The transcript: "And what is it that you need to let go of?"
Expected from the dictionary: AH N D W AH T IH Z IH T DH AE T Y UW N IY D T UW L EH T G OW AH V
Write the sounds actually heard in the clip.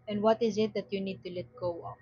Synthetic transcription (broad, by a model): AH N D W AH T IH Z IH T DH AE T Y UW N IY D T UW L EH T G OW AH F